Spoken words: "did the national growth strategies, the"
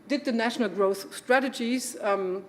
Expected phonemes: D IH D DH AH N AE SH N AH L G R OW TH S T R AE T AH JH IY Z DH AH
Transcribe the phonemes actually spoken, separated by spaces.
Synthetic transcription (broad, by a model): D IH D DH AH N AE SH N AH L G R OW TH S T R AE T AH JH IY Z